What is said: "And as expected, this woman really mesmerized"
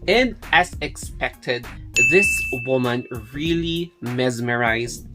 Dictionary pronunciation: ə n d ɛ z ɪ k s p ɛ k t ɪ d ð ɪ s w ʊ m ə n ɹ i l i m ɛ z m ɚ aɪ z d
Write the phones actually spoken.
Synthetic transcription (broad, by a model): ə n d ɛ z ɪ k s p ɛ k t ɪ d ð ɪ s w ʊ m ə n ɹ i l i m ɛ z m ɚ aɪ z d